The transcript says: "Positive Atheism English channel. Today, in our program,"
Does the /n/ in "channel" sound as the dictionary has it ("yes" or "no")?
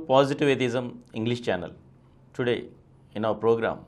yes